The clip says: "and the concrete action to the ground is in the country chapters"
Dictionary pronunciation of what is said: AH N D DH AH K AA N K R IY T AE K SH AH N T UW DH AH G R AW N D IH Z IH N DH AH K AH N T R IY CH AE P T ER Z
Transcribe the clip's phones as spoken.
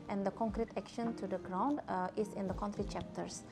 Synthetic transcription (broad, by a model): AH N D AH K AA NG K R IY T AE K SH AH N T UW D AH G R AW N D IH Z IH N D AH K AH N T R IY CH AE P T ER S